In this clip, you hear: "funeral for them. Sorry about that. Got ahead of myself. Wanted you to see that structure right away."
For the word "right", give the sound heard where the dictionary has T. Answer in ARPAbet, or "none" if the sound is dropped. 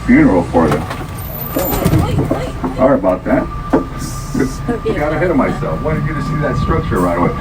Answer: none